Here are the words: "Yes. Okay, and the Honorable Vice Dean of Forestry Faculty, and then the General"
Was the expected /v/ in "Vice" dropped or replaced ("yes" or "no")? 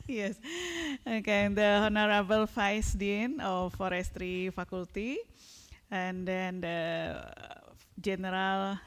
yes